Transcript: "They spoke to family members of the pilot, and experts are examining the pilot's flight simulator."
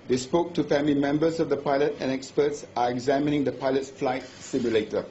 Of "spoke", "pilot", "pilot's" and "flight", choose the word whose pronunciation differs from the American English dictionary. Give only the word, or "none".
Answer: pilot's